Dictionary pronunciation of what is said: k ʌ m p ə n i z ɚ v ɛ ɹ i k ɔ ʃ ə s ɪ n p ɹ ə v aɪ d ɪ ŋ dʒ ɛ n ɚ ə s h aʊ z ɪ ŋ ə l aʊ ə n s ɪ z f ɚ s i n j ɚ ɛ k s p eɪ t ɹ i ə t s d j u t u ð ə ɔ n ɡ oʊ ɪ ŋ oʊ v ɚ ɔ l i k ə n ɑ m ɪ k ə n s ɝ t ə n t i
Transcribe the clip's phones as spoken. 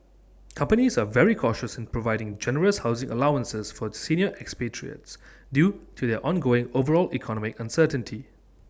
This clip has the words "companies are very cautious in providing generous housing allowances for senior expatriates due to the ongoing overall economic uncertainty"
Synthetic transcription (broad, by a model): k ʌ m p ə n i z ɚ v ɛ ɹ i k ɔ ʃ ə s ɪ n p ɹ ə v aɪ d ɪ ŋ dʒ ɛ n ɚ ə s h aʊ z ɪ ŋ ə l aʊ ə n s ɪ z f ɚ s i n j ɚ ɛ k s p eɪ t ɹ i ə t s d j u t u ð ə ɔ n ɡ oʊ ɪ ŋ oʊ v ɚ ɔ l i k ə n ɑ m ɪ k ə n s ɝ t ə n t i